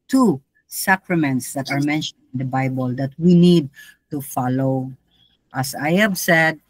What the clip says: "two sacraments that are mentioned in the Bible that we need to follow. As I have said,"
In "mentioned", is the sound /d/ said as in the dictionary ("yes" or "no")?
no